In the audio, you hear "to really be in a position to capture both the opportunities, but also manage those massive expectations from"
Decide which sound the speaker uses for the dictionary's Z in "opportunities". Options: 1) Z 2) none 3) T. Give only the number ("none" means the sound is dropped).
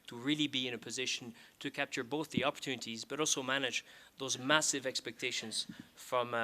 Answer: 1